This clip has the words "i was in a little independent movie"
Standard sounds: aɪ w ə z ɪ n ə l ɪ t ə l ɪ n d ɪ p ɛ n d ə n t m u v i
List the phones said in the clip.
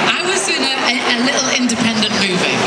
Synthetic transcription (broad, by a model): aɪ w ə s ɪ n ə l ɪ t l ɪ n d ɪ p ɛ n d ə n t m u v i